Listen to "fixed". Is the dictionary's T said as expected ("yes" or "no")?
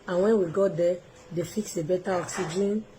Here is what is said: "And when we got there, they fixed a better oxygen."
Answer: no